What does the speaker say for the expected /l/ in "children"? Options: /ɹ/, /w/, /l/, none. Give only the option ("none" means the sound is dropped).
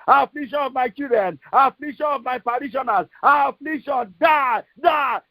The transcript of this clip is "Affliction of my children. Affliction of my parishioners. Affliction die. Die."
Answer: none